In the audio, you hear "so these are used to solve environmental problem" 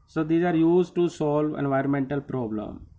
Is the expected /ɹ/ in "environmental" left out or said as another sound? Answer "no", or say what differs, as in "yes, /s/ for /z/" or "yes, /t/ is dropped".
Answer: no